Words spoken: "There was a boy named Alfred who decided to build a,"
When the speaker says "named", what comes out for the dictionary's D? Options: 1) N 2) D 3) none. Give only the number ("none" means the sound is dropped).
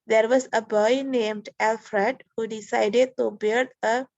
2